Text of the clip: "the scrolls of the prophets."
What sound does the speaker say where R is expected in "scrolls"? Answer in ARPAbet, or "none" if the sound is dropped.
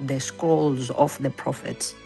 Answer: none